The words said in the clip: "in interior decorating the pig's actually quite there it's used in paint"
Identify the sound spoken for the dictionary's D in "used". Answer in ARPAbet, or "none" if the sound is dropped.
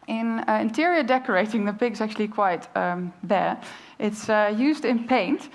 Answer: D